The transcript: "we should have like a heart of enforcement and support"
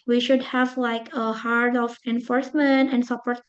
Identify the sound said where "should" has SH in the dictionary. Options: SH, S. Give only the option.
SH